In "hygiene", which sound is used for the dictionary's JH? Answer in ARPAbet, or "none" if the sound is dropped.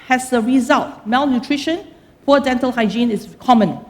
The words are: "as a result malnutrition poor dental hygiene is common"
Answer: JH